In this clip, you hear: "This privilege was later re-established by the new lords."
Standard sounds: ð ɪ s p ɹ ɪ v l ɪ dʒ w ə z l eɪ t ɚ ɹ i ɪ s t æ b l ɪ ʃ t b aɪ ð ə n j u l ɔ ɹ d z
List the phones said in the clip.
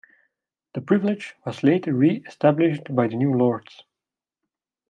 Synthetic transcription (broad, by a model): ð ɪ p ɹ ɪ v l ɪ dʒ w ə z l eɪ t ɚ ɹ i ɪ s t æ b l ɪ ʃ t b aɪ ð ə n j u l ɔ ɹ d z